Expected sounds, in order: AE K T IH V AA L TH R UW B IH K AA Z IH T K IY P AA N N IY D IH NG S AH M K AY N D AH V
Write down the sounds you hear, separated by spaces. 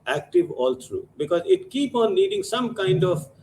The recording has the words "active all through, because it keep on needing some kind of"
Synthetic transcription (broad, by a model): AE K T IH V AA L T R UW B IH K AA Z IH T K IY P AA N L IY D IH NG S AH M K AY N D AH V